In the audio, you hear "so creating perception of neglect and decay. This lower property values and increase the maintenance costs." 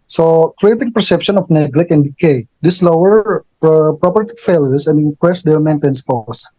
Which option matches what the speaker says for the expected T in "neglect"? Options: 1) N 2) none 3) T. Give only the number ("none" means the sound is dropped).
2